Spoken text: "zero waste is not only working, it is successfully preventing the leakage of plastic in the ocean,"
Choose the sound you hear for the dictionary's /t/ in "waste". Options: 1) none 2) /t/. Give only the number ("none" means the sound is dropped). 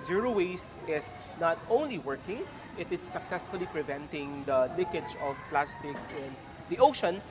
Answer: 2